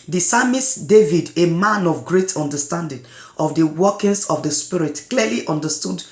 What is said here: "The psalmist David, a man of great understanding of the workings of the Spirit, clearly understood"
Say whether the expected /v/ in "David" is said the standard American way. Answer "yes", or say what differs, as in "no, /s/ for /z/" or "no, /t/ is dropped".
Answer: yes